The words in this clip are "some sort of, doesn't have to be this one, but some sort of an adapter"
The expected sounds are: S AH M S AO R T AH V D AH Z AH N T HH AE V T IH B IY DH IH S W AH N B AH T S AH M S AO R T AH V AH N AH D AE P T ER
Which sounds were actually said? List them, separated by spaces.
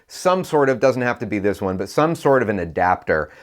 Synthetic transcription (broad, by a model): S AH M S AO R T AH V D AH Z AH N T HH AE F T IH B IY DH IH S W AH N B AH T S AH M S AO R T AH V AH N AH D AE P T ER